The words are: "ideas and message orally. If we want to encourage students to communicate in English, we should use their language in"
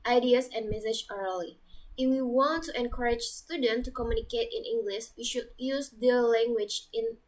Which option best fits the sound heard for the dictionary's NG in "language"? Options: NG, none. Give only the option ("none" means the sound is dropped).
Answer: NG